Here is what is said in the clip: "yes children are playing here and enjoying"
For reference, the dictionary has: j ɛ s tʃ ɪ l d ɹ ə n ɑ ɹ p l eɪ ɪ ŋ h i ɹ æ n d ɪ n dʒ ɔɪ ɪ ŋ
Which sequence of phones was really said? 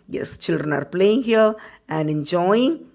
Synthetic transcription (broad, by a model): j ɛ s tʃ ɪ l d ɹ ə n ɑ ɹ p l eɪ ɪ ŋ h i l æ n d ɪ n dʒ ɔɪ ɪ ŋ